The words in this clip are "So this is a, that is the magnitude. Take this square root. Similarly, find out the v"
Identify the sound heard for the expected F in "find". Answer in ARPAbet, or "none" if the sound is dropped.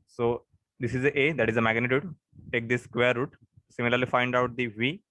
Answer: F